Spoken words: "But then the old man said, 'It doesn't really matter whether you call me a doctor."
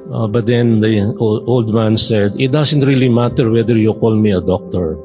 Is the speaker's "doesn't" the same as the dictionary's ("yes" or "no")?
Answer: no